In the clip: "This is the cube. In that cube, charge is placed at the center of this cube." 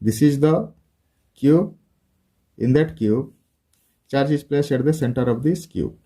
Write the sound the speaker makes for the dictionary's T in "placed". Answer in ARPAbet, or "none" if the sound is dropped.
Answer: none